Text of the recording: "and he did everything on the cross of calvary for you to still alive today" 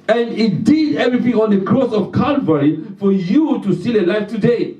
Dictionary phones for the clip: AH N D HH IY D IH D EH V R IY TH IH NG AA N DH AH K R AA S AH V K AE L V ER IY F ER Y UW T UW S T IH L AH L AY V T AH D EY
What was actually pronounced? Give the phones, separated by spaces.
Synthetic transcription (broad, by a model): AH N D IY D IH D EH V R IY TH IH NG AA N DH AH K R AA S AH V K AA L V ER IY F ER Y UW T UW S T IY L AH L AY F T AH D EY